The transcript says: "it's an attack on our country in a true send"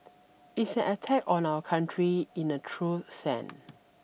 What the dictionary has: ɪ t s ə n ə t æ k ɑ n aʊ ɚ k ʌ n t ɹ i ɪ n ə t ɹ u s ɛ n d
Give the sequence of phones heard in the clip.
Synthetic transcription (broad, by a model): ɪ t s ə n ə t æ k ɑ n aʊ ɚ k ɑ n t ɹ i ɪ n ə t ɹ u s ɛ n